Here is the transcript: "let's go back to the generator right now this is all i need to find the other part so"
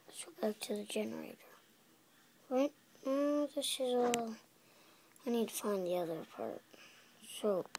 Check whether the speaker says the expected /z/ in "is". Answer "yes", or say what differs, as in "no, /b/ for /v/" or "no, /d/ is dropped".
yes